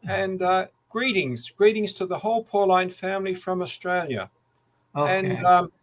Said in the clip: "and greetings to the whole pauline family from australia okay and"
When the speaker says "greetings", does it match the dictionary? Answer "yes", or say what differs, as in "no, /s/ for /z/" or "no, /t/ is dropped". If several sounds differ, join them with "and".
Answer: yes